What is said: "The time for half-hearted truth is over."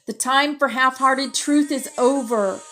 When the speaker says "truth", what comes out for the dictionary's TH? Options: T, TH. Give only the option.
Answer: TH